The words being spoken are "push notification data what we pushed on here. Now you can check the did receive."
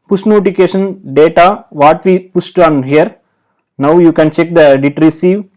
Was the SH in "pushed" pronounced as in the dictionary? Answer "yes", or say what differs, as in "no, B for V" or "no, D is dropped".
no, S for SH